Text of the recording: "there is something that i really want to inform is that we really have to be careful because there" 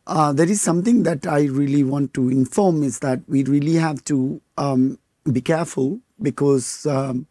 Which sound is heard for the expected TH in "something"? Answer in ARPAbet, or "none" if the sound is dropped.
T